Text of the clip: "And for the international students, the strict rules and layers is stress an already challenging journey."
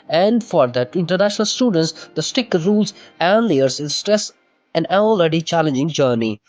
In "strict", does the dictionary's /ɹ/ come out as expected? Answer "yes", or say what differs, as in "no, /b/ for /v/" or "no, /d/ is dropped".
no, /ɹ/ is dropped